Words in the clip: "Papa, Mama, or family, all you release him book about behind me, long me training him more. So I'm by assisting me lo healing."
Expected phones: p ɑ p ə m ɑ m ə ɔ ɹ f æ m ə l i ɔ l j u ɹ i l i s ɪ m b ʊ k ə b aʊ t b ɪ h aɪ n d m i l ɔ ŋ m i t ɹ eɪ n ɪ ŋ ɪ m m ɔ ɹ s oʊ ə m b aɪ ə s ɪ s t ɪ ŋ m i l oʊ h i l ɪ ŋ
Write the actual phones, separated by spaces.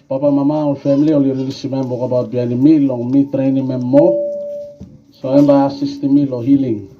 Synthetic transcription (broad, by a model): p ɑ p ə m ɑ m ə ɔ l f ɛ m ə l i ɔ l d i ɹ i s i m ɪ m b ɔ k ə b aʊ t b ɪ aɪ n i m i l ɔ ŋ m i t ɹ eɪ n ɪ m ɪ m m ɔ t s oʊ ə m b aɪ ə s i s t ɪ m i l oʊ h i l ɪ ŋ